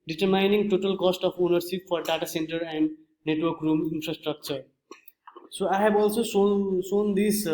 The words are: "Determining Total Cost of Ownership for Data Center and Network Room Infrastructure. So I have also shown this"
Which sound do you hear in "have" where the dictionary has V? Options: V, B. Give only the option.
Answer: B